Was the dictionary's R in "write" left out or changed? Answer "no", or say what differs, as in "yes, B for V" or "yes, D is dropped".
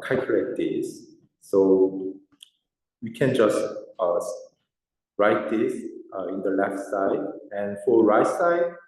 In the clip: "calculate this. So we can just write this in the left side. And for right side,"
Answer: no